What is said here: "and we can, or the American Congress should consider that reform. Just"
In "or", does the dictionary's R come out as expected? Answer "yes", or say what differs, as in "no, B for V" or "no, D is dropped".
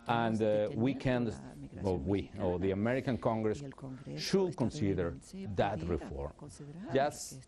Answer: no, W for R